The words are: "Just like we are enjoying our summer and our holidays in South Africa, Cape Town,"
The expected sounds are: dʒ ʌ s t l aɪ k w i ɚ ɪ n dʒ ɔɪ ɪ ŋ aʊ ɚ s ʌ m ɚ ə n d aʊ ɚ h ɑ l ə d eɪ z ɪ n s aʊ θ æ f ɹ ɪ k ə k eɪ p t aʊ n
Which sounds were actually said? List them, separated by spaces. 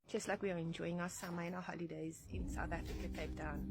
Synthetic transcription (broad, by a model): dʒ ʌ s t l aɪ k w i ɚ ɪ n dʒ ɔɪ ɪ ŋ aʊ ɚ s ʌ m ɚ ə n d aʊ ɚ h ɑ l ə d eɪ z ɪ n s aʊ θ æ f ɹ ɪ k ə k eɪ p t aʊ n